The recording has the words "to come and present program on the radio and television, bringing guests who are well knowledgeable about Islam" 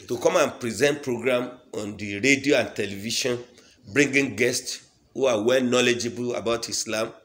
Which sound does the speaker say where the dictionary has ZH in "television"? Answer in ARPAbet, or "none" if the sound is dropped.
SH